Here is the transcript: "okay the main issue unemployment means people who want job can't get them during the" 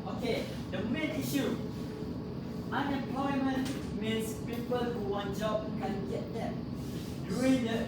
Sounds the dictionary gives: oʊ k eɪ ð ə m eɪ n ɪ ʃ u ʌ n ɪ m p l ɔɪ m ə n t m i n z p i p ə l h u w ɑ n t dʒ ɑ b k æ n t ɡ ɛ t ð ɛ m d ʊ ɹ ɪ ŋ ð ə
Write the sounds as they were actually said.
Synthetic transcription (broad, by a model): oʊ k eɪ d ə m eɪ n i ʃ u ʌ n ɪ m p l ɔɪ m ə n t m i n s p i p ə l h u w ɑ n dʒ ɑ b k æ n ɡ ɛ t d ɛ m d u ɪ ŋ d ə